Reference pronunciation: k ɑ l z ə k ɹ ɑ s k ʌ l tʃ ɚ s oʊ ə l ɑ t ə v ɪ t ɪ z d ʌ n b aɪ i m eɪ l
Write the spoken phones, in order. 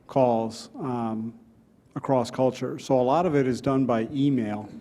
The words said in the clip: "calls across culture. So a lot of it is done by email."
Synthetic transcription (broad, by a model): k ɑ l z ə k ɹ ɑ s k ʌ l tʃ ɚ s oʊ ə l ɑ t ə v ɪ t ɪ z d ʌ n b aɪ i m eɪ l